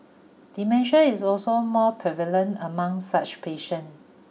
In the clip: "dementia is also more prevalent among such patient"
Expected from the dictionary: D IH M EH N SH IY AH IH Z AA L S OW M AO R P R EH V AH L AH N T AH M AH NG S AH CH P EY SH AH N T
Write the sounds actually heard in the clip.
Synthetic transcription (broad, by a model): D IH M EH N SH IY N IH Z AA L S OW M AO P R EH V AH L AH N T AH M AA NG S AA CH P EY SH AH N